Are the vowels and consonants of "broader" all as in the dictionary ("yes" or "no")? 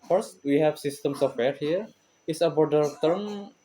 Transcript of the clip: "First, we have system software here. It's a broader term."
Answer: no